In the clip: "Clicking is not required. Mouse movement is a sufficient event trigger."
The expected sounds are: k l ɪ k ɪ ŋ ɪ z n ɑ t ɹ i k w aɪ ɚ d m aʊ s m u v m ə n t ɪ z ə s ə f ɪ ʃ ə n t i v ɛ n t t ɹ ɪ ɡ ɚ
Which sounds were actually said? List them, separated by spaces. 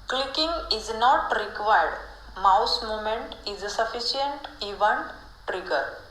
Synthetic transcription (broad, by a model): k l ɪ k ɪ ŋ ɪ z n ɑ t ɹ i k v aɪ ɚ d m aʊ s m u m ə n t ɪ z s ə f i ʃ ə n t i v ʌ n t t ɹ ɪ ɡ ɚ